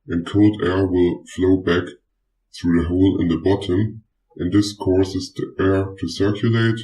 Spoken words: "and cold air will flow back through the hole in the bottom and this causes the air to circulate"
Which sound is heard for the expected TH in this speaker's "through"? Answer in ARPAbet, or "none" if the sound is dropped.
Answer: TH